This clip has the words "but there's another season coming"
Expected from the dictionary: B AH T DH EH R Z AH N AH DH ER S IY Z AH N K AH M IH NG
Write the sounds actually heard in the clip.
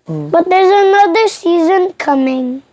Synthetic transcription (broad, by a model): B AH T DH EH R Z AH N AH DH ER S IY Z AH N K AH M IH NG